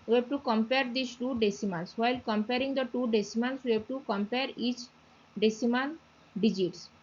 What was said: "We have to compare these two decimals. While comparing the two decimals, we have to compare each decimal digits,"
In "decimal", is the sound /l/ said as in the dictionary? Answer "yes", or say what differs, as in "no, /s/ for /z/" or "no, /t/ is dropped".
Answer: no, /n/ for /l/